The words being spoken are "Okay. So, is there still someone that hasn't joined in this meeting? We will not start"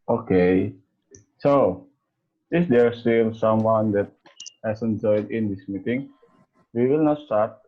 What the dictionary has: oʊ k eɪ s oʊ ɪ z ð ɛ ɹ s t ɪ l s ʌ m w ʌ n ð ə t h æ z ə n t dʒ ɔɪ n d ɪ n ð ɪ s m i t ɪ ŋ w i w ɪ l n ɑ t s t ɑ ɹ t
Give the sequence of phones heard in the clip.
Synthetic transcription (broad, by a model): oʊ k eɪ s oʊ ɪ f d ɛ ɹ s t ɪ l s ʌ m w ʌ n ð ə t h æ s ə n dʒ ɔɪ d ɪ n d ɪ s m i t ɪ ŋ w i w ɪ l n ɑ t s t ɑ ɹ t